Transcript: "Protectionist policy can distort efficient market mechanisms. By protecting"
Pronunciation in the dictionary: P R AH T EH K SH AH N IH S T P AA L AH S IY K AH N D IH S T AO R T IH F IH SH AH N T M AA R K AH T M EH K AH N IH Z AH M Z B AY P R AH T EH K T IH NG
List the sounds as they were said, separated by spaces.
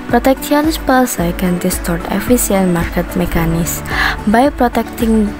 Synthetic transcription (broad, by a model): P R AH T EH K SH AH N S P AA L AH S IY K AH N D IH S T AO R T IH F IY S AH N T M AA R K AH T M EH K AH N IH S B AY P R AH T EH K T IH NG